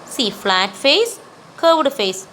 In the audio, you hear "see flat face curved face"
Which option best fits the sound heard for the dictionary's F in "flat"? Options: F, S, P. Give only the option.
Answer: F